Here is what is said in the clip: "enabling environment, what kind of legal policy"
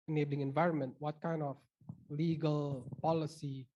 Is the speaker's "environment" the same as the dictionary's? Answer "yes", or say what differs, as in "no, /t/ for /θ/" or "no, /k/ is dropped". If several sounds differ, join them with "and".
yes